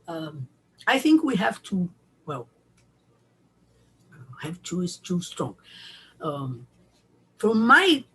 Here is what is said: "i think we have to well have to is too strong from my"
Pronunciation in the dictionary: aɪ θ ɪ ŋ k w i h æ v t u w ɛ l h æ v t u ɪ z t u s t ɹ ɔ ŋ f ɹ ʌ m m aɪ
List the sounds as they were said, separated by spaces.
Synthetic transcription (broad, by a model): aɪ θ ɪ ŋ k w i h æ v t u w ɛ l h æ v t u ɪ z t u s t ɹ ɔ ŋ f ɹ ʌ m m aɪ